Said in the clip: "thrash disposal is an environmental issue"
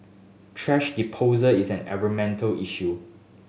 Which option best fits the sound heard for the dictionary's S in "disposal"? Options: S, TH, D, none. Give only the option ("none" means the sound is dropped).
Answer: none